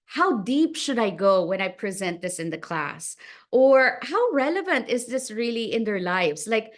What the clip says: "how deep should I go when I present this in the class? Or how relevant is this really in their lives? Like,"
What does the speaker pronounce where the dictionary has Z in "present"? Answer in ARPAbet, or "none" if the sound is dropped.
Z